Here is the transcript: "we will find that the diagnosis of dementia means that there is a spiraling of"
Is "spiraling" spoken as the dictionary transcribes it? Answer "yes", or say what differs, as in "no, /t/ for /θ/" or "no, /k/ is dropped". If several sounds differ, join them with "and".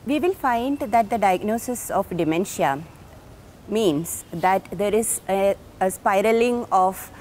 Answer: yes